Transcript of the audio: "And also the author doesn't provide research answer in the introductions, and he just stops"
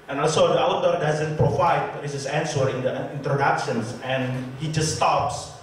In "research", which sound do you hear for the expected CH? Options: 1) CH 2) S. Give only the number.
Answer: 2